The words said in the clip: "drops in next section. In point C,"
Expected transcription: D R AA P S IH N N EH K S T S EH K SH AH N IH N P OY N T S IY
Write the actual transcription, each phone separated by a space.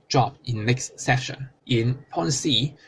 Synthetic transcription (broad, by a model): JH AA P IH N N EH K S T S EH SH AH N IH N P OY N S IY